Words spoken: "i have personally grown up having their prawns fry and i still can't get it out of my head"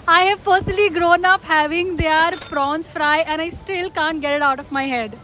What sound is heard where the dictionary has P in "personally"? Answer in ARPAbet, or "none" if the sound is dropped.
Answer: F